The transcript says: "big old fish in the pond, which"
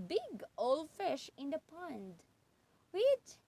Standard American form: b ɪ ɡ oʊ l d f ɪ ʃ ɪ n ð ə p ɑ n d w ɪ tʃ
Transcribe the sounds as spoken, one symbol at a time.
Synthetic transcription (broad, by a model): b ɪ ɡ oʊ l f ɪ ʃ ɪ n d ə p ɑ n d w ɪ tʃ